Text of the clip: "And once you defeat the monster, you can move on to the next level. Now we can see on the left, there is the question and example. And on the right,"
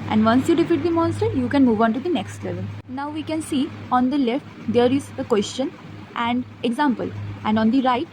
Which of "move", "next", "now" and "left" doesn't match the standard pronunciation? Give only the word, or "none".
none